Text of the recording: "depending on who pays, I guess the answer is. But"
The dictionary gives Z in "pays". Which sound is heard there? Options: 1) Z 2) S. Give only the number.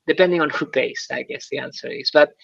2